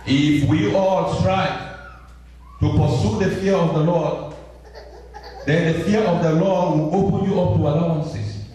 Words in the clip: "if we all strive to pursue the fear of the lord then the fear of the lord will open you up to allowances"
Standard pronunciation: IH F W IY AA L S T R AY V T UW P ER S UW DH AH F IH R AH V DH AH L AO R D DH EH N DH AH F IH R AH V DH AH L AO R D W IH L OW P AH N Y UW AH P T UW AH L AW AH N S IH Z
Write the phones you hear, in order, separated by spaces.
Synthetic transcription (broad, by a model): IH F W IY AA L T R AY T UW P ER S UW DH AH F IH R AH V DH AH L AO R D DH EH N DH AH F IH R AH V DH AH L AO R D W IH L OW P AH N Y UW AH P T UW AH L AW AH N S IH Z